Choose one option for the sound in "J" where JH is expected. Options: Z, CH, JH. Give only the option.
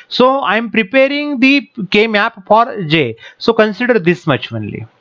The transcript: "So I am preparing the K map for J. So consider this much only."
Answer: JH